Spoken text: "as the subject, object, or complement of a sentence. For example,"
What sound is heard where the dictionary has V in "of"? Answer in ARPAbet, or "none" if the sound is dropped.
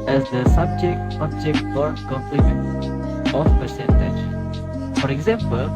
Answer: P